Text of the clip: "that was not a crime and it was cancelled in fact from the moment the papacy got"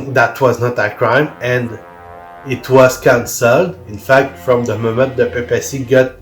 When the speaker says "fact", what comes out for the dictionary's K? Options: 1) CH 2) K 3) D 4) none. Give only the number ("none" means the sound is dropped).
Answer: 2